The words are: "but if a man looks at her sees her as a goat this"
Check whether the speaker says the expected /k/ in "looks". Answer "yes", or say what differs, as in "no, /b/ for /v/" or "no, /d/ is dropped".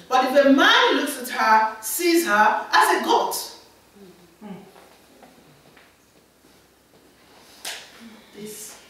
yes